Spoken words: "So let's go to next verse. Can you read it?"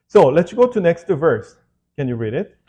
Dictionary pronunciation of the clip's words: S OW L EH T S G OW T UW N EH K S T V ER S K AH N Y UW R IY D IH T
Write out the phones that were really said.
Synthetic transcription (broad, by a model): S OW L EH T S G OW T UW N EH K S T V ER S K AH N Y UW R IY D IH T